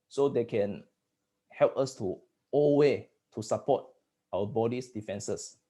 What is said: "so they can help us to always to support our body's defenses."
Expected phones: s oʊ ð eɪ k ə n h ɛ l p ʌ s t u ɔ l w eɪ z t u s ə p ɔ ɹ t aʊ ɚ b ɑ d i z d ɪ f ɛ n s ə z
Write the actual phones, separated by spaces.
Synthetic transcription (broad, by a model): s oʊ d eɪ k ə n h ɛ l p ʌ s t u ɔ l w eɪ t u s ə p ɔ t aʊ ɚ b ɑ d i s d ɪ f ɛ n s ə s